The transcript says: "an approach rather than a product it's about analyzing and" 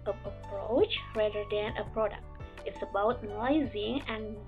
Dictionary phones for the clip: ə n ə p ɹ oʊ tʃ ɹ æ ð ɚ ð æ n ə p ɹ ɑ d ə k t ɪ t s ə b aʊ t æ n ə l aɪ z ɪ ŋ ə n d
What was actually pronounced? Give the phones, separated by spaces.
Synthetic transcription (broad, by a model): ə ə p ɹ oʊ tʃ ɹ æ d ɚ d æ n ə p ɹ ɑ d ə k t ɪ t s ə b aʊ t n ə ɪ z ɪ ŋ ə n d